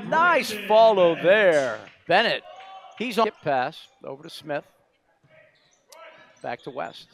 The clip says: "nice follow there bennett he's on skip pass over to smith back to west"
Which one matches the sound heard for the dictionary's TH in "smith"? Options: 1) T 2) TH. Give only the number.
2